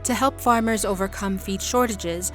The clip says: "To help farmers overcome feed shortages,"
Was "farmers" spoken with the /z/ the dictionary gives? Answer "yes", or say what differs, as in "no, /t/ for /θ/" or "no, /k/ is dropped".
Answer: yes